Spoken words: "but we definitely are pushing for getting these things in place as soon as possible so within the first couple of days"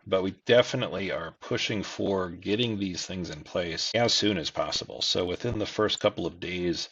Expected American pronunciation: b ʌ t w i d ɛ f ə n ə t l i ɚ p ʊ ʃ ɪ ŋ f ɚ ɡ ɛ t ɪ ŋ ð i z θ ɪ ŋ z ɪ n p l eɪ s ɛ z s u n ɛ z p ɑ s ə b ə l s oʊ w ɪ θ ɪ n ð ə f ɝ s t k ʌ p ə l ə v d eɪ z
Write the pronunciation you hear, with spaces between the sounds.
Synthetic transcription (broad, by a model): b ʌ t w i d ɛ f ə n ə t l i ɚ p ʊ ʃ ɪ ŋ f ɚ ɡ ɛ t ɪ ŋ ð i z θ ɪ ŋ z ɪ n p l eɪ s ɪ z s u n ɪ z p ɑ s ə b l s oʊ w ɪ θ ɪ n ð ə f ɝ s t k ʌ p l ə v d eɪ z